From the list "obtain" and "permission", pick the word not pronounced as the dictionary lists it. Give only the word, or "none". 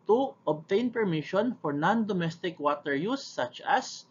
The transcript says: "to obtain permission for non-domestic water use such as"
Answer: none